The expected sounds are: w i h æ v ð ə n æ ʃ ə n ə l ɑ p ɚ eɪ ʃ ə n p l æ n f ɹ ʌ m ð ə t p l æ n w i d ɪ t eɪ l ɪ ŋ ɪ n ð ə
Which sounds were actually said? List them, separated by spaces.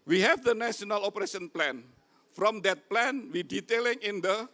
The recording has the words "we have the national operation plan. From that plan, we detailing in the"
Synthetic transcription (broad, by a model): w i h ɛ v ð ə n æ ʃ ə n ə l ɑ p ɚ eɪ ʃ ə n p l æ n f ɹ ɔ m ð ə t p l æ n w i d ɪ t eɪ l ɪ ŋ ɪ n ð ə